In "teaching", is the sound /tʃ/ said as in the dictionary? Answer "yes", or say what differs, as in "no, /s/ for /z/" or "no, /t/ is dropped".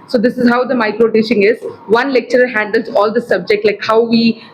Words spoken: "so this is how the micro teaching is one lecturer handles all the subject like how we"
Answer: no, /ʃ/ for /tʃ/